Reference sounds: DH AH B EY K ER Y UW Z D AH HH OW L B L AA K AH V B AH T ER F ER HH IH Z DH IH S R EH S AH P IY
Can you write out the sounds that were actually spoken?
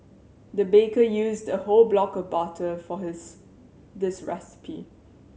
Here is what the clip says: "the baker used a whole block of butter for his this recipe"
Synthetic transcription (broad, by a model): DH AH B EY K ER Y UW Z D AH HH OW L B L AA K AH V B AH T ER F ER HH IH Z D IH S R EH S AH P IY